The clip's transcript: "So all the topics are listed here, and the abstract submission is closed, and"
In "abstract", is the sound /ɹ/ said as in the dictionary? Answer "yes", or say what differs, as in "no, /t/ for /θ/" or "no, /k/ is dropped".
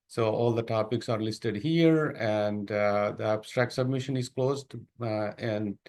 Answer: yes